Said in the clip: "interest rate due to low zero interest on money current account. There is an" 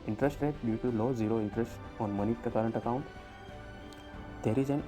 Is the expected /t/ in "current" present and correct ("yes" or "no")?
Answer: yes